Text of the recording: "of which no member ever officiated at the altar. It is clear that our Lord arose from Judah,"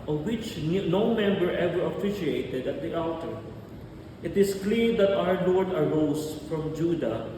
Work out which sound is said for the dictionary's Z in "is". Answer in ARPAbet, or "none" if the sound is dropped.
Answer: S